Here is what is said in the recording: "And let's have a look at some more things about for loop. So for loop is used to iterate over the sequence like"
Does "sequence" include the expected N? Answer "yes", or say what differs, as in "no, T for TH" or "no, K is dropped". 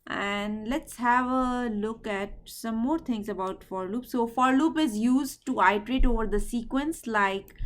yes